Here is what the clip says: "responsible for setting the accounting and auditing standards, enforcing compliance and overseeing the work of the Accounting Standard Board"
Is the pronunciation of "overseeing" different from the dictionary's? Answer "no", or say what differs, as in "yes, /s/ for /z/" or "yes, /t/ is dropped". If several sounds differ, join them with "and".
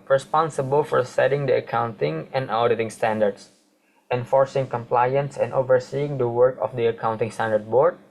no